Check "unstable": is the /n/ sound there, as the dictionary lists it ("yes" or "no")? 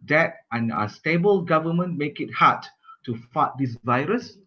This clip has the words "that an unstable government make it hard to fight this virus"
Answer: no